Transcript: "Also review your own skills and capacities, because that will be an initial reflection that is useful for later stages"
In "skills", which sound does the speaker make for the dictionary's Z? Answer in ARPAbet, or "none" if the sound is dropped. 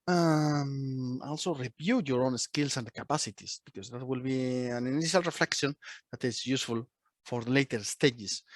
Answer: S